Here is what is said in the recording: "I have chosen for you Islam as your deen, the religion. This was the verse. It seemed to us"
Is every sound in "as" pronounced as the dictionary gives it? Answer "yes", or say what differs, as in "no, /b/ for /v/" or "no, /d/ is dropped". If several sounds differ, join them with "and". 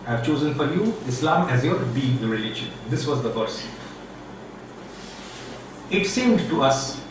yes